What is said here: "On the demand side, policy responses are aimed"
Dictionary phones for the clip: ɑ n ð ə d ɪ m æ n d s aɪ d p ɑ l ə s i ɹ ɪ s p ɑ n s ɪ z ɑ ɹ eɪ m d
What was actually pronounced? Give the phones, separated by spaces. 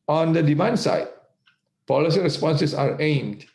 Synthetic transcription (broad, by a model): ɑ n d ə d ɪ m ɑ n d s aɪ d p ɑ l ə s i ɹ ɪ s p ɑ n s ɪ s ɑ ɹ eɪ m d